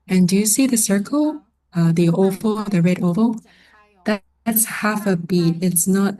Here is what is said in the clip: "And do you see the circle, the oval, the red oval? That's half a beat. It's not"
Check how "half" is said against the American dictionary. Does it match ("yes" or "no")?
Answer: yes